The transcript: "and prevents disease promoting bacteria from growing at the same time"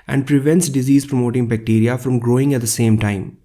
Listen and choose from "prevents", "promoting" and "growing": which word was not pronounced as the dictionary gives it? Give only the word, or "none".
none